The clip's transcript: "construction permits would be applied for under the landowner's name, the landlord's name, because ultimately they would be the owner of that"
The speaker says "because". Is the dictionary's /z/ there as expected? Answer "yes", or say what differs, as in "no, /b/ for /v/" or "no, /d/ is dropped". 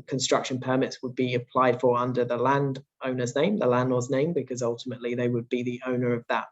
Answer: yes